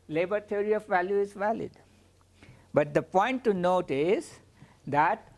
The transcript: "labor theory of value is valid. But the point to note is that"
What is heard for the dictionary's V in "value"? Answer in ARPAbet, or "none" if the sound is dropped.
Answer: V